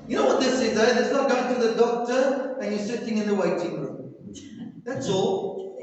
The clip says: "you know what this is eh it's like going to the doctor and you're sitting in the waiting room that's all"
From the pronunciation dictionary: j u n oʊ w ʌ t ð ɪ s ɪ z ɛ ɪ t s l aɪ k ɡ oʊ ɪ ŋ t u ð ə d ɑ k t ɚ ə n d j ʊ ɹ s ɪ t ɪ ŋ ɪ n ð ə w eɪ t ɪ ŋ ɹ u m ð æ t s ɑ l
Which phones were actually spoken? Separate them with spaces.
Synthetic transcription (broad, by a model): j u n oʊ w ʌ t ð ɪ s ɪ z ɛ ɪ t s n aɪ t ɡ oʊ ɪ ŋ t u ð ə d ɑ k t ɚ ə n j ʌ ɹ s ɪ t ɪ ŋ ɪ n ð ə w eɪ t ɪ ŋ ɹ u m ð æ t s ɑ l